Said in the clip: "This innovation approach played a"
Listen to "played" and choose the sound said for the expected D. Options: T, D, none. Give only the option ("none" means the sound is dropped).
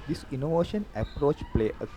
none